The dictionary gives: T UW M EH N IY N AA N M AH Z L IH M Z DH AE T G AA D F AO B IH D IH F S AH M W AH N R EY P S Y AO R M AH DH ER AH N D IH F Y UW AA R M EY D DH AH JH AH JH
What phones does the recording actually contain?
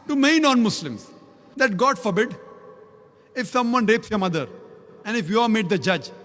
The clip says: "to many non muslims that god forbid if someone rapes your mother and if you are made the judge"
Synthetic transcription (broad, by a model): T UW M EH IY N AA N M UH S L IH M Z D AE T G AA D F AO B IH D IH F S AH M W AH N R EY P S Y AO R M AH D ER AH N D IH F Y UW AA R M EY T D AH JH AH JH